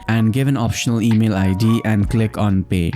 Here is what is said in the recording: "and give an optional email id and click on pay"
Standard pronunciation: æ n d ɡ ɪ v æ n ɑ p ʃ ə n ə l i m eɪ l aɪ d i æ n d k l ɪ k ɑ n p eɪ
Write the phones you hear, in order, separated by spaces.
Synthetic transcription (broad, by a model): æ n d ɡ ɪ v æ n ɑ p ʃ ə n ə l i m eɪ l aɪ d i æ n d k l ɪ k ɑ n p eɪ